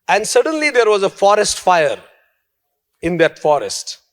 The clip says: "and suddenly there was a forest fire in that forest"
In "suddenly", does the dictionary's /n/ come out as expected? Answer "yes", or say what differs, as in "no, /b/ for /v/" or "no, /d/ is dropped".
yes